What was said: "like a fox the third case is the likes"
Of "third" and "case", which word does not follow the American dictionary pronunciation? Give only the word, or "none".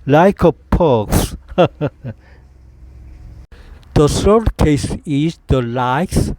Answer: third